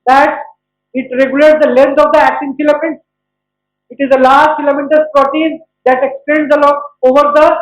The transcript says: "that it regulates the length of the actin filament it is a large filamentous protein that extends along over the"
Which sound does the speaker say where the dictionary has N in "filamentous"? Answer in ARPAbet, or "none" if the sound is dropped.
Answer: none